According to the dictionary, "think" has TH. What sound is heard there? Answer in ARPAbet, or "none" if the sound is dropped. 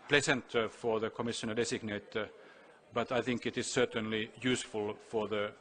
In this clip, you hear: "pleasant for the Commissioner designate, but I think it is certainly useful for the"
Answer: TH